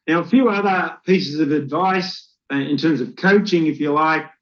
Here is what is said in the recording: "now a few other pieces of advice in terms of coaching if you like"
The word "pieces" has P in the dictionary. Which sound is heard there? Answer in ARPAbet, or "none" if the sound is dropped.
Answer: P